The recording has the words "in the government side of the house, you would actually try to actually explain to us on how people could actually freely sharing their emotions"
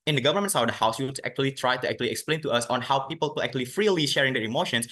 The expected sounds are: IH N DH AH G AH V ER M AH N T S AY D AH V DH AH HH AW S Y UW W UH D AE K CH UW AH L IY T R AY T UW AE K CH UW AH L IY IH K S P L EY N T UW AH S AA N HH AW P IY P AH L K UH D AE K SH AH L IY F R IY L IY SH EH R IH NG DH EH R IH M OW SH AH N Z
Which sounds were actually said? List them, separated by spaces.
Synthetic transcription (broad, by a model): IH N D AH G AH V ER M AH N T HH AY AH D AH HH AW S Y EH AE K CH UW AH L IY T R AY T UW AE K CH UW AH L IY IH K S P L EY N T UW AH S AA N HH AW P IY P AH L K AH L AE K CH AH L IY F R IY L IY SH EH R IH NG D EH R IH M OW SH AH N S